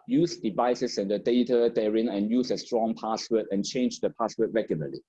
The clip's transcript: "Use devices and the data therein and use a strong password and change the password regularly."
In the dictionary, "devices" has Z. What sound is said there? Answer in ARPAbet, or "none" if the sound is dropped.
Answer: S